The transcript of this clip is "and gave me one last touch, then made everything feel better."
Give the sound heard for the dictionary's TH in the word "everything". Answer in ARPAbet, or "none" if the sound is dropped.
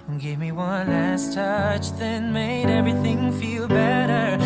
TH